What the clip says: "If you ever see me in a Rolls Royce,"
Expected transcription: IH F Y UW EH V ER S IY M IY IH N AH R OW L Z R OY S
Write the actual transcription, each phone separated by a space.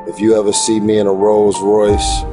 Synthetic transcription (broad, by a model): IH F Y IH EH V ER S IY M IY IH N AH R OW L Z R OY S